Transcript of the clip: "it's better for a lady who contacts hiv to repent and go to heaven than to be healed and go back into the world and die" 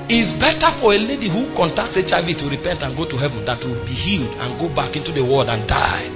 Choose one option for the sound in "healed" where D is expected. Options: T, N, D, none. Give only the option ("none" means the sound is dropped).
D